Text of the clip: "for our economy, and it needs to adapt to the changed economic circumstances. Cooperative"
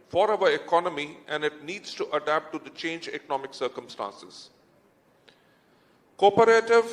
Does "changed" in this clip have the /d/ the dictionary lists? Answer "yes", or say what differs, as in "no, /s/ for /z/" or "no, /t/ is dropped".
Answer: no, /d/ is dropped